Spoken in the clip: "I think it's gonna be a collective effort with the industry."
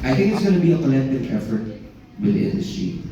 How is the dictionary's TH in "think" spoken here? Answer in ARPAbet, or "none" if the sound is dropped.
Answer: TH